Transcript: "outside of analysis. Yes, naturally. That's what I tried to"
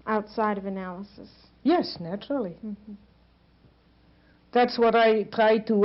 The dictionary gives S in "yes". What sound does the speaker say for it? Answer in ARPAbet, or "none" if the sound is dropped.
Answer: S